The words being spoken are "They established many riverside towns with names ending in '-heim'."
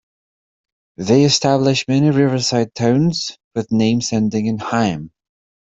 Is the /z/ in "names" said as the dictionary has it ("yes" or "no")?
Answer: no